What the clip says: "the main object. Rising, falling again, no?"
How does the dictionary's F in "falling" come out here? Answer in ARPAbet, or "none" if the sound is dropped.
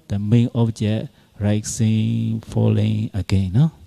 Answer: F